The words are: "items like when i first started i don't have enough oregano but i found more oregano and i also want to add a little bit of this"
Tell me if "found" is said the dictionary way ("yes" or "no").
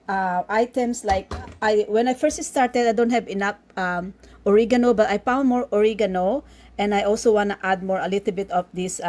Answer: no